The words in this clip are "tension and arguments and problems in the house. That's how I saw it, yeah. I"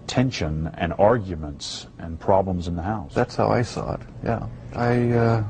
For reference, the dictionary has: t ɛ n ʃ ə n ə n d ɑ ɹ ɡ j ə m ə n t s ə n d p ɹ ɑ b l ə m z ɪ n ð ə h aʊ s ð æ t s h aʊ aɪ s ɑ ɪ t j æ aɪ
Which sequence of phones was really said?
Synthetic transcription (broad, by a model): t ɛ n ʃ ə n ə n ɑ ɹ ɡ j ə m ə n t s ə n p ɹ ɑ b l ə m z ɪ n ð ə h aʊ s ð æ t s h aʊ aɪ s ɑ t j æ aɪ